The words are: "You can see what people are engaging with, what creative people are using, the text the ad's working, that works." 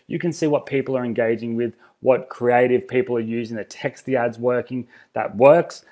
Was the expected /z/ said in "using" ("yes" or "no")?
yes